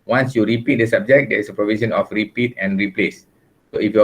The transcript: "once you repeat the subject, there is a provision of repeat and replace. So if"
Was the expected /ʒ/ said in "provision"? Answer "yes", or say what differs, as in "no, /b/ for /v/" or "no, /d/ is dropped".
no, /s/ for /ʒ/